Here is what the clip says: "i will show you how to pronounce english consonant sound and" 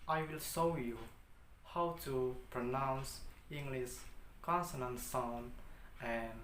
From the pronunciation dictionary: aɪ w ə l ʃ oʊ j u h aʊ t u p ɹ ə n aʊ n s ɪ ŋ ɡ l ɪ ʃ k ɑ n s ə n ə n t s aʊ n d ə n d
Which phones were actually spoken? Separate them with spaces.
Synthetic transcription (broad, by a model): aɪ w ə l ʃ oʊ j u h aʊ t u p ɹ ə n aʊ n s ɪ ŋ ɡ l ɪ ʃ k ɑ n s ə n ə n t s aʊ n ə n